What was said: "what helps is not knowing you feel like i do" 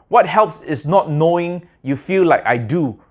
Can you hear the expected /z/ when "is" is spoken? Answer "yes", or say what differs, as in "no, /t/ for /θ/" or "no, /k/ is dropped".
no, /s/ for /z/